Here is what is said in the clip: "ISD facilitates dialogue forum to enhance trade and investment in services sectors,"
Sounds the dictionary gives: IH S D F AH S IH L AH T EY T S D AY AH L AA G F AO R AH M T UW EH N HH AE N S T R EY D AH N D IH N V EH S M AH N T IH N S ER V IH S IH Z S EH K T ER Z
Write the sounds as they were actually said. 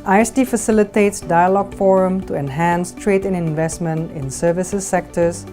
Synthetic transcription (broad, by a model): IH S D F AH S IH L AH T EY T S D AY AH L AA G F AO R AH M T UW EH N HH AE N S T R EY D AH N IH N V EH S M AH N T IH N S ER V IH S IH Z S EH K T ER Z